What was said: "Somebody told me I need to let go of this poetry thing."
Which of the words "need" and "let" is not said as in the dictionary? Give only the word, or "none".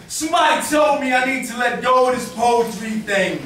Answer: none